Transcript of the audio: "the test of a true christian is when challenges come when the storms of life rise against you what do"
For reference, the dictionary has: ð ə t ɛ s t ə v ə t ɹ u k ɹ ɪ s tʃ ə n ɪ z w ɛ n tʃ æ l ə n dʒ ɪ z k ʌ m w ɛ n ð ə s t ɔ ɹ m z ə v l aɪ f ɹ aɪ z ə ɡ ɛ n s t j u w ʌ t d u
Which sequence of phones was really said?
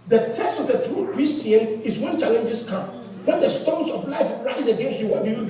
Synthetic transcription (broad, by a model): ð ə t ɛ s t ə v ə t ɹ u k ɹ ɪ s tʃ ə n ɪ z w ɛ n tʃ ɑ l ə n dʒ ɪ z k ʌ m w ɛ n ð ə s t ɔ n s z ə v l aɪ f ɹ aɪ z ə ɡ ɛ s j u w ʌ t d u